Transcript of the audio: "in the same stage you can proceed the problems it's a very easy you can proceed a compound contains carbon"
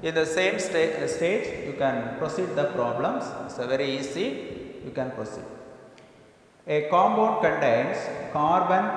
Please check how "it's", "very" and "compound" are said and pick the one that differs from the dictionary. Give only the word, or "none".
compound